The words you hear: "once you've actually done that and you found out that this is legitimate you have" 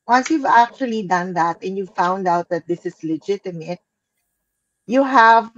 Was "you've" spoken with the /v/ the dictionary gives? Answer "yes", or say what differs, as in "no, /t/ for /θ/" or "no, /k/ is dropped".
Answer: yes